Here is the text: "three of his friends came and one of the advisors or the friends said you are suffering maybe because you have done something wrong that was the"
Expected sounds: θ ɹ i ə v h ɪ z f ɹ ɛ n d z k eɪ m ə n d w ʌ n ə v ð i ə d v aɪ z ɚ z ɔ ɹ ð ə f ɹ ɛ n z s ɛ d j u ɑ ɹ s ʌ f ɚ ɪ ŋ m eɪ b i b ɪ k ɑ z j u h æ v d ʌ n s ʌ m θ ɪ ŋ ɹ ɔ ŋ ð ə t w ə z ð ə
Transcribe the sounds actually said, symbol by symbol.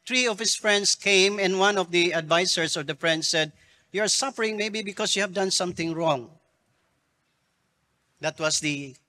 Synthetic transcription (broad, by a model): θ ɹ i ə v h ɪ s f ɹ ɛ n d s k eɪ m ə n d w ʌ n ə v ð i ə d v aɪ s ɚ s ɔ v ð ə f ɹ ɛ n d s ɛ d j u ɑ ɹ s ʌ f ɚ ɪ ŋ m eɪ b i b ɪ k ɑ s j u h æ v d ʌ n s ʌ m θ ɪ ŋ ɹ ɔ ŋ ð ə t w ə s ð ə